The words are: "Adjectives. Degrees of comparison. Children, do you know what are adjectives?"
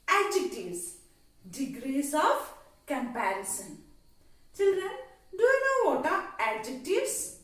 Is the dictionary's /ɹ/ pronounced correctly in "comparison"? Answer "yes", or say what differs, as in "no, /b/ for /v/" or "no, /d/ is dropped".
yes